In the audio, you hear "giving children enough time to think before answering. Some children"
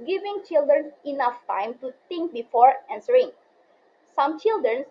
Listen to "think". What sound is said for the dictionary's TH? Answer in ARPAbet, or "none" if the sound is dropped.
T